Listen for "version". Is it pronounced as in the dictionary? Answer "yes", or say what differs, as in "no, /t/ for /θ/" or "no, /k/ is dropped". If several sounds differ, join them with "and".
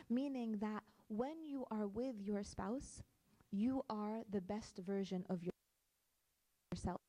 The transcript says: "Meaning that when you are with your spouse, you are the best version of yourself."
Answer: yes